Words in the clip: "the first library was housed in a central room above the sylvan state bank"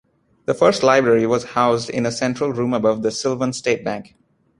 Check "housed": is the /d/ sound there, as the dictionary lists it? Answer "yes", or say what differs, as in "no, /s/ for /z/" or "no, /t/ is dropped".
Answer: yes